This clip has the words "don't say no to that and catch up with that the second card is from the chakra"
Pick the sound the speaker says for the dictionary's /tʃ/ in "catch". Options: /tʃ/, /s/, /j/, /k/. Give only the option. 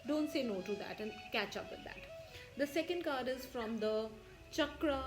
/tʃ/